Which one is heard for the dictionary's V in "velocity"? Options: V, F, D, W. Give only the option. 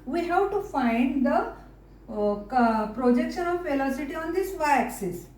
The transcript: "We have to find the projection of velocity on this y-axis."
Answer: F